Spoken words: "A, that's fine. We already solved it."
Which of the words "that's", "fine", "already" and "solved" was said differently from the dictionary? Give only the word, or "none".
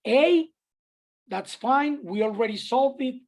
solved